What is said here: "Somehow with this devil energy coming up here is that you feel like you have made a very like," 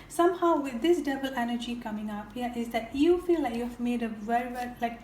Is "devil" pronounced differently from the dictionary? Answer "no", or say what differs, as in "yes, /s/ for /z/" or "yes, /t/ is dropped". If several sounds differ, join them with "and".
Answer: yes, /b/ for /v/